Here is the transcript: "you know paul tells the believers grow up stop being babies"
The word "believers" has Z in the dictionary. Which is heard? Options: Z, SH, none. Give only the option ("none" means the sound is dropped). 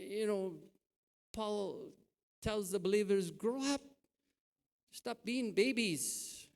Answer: Z